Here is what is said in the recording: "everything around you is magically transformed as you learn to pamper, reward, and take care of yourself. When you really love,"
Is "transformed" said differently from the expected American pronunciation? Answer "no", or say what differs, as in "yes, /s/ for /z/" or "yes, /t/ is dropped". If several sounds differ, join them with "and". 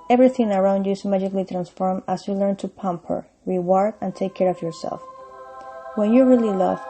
yes, /d/ is dropped